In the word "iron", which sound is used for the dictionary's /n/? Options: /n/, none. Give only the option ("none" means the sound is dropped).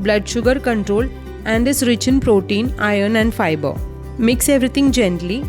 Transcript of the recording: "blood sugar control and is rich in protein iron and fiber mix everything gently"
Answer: /n/